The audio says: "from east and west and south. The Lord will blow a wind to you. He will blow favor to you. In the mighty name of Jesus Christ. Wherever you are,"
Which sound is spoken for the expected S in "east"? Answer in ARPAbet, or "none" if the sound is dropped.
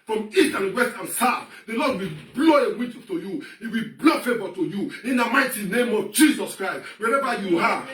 none